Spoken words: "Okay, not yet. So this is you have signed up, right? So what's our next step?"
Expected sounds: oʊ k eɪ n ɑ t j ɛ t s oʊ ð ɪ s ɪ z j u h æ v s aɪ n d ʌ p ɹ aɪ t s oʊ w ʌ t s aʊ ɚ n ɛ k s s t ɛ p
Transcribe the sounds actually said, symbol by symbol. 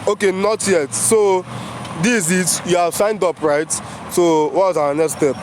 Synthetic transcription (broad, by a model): oʊ k eɪ n ɑ t j ɛ t s oʊ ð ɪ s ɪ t j u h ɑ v s aɪ n d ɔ p ɹ aɪ t s oʊ w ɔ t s aʊ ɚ n ɛ k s s t ɛ p